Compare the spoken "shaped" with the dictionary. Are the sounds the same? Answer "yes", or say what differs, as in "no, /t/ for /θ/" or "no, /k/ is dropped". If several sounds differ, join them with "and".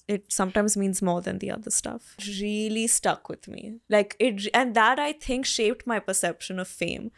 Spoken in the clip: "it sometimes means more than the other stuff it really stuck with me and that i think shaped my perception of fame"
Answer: yes